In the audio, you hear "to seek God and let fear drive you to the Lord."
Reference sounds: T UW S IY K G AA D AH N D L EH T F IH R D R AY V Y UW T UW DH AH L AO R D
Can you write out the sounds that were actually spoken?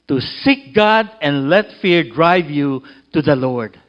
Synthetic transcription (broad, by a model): T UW S IY K G AA D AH N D L EH T F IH R D R AY V Y UW T UW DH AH L AO R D